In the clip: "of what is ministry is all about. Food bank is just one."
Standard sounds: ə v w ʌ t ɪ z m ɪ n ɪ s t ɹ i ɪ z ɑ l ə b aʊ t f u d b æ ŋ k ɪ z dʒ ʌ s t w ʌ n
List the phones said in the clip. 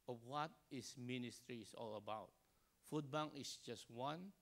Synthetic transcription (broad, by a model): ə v w ʌ t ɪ s m ɪ n ɪ s t ɹ i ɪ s ɑ l ə b aʊ t f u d b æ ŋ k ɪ s dʒ ʌ s t w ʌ n